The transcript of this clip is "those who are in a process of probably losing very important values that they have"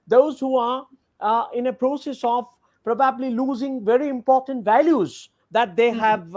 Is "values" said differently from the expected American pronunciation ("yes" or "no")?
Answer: no